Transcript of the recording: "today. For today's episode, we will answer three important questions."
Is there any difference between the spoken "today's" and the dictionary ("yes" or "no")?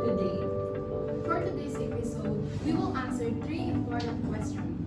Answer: yes